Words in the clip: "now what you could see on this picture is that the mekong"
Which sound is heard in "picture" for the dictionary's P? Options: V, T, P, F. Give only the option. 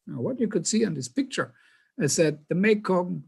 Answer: P